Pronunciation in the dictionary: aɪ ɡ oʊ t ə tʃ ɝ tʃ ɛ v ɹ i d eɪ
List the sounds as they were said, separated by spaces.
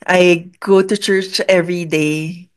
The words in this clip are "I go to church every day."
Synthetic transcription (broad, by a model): aɪ ɡ oʊ t ə tʃ ɝ tʃ ɛ v ɹ i d eɪ